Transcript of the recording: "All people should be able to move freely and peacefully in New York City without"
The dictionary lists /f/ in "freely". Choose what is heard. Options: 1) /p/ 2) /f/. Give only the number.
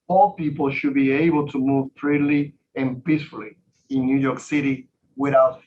1